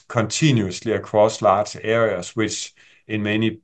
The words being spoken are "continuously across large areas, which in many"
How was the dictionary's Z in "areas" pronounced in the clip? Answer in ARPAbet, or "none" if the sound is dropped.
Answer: S